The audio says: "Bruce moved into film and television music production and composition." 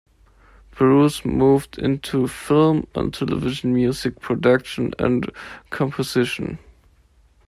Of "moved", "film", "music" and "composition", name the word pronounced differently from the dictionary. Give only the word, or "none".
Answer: none